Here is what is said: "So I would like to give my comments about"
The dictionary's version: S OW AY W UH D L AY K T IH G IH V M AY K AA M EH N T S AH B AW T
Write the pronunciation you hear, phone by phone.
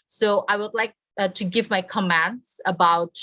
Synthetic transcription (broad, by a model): S OW AY W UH D L AY K T IH G IH V M AY K AA M EH N T S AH B AW T